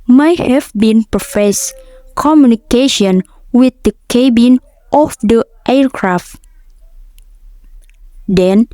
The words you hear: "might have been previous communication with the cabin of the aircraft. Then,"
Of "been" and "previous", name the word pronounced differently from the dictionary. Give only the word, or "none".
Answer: previous